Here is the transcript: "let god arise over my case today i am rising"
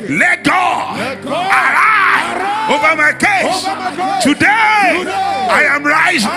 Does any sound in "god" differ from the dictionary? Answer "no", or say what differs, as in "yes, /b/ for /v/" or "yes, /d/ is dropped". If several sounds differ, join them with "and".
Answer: yes, /d/ is dropped